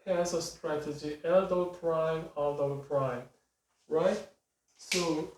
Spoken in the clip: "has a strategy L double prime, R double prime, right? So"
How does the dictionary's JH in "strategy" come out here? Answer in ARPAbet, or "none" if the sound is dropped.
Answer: JH